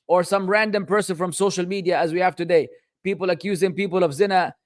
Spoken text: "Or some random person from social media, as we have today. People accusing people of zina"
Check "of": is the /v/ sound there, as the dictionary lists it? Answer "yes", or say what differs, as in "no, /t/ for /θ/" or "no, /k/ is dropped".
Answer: yes